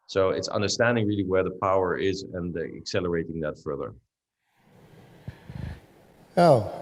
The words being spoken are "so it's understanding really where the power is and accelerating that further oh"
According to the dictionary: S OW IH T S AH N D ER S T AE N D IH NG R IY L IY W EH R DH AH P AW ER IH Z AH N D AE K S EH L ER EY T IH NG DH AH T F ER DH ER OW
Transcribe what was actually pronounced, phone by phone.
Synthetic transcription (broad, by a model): S OW IH T S AH N D ER S T AE N D IH NG R IY L IY W EH R DH AH P AW ER IH Z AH N AE K S EH L ER EY T IH NG DH AH T F ER DH ER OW